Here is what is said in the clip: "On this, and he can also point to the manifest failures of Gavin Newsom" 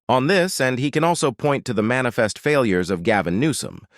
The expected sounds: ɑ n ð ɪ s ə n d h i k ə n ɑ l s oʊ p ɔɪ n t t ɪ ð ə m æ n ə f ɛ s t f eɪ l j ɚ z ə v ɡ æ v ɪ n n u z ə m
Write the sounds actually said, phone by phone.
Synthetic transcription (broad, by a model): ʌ n ð ɪ s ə n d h i k ə n ɑ l s oʊ p ɔɪ n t t ɪ ð ə m æ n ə f ɛ s t f eɪ l j ɚ z ə v ɡ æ v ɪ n n u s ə m